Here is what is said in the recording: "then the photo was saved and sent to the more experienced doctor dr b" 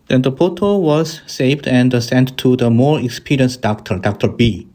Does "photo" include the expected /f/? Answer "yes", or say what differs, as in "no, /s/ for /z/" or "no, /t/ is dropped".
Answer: no, /p/ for /f/